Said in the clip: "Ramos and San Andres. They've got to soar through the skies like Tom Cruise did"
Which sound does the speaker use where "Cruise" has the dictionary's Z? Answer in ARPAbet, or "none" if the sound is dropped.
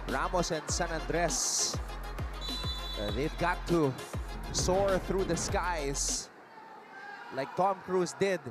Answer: S